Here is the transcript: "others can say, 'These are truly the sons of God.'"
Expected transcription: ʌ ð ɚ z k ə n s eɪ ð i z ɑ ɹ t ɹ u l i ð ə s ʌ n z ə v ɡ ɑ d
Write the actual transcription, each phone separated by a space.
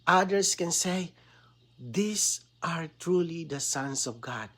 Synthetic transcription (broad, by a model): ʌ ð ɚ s k ə n s eɪ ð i s ɑ ɹ t ɹ u l i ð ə s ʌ n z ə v ɡ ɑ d